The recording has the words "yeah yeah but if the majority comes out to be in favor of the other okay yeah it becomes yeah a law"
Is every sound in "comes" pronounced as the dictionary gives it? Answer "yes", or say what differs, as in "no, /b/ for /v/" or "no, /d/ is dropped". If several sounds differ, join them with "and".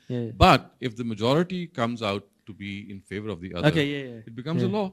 yes